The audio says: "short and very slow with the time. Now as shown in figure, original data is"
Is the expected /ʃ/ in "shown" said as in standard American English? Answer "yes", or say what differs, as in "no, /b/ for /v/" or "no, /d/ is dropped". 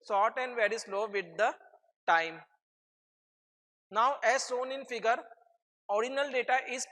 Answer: no, /s/ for /ʃ/